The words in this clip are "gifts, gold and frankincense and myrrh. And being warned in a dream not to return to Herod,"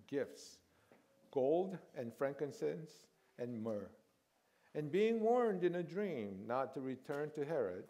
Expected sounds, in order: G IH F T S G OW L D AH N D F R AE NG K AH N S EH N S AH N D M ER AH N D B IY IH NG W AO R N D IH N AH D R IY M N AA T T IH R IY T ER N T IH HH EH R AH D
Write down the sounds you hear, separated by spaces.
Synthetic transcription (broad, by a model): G IH F T S G OW L D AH N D F R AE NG K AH N S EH N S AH N M ER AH N B IY IH NG W AO R N D IH N AH D R IY M N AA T T IH R IY T ER N T IH HH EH R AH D